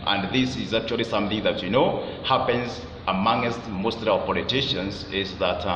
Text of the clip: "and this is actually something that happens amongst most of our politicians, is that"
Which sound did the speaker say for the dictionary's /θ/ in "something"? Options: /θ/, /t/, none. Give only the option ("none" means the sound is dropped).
/θ/